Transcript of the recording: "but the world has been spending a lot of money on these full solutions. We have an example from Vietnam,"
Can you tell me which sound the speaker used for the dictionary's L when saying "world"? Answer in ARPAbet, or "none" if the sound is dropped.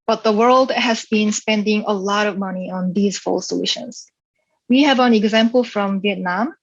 L